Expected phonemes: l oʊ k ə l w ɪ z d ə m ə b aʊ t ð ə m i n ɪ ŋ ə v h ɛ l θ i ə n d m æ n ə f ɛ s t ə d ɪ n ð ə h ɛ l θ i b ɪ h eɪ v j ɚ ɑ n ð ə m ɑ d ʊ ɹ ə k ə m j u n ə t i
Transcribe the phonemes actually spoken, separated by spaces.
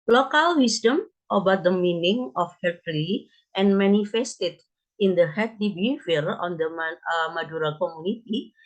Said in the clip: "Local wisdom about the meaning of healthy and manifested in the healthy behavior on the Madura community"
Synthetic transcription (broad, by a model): l oʊ k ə l w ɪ s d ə m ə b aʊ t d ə m i n ɪ ŋ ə f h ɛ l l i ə n m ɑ n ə f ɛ s t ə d ɪ n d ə h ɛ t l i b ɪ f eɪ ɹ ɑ n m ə m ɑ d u ɹ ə k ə m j u n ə t i